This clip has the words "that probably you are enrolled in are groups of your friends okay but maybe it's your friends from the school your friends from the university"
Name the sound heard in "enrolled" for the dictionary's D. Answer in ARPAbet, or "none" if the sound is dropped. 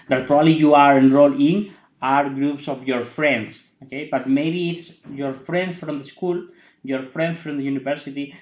none